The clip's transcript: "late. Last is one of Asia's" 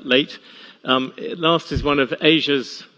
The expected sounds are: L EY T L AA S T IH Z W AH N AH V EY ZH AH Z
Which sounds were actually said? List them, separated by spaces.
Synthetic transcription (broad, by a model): L EY T L AA S T IH Z W AH N AH V EY ZH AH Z